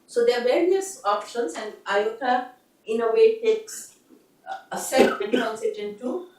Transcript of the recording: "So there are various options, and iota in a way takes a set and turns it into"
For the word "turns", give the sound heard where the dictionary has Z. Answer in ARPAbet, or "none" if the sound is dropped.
S